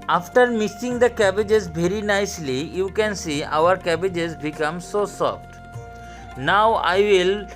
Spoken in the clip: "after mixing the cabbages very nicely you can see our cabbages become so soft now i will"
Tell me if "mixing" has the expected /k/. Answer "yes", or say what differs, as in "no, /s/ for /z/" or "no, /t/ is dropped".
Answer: no, /k/ is dropped